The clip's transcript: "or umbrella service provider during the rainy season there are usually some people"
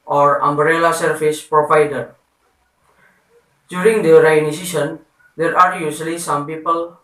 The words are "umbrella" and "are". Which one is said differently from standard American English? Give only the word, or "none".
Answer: none